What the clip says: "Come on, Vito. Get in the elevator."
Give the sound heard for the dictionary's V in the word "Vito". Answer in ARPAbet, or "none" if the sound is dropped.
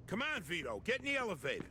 V